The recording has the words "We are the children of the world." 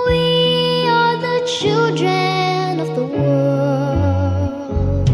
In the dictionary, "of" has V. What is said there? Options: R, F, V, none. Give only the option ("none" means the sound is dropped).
V